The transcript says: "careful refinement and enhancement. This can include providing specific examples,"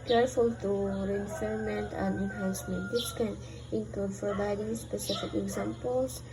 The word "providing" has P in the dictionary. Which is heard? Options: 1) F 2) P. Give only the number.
1